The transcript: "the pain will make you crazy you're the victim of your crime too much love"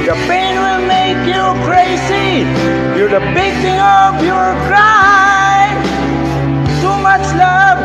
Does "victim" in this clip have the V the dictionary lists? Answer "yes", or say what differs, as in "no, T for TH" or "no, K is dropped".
no, B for V